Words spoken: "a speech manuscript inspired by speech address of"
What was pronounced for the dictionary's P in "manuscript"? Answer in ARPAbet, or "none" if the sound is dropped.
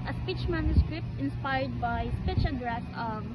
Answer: P